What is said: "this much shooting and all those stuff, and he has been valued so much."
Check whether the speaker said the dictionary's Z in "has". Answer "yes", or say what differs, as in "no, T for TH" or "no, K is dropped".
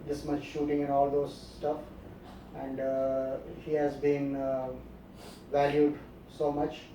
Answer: yes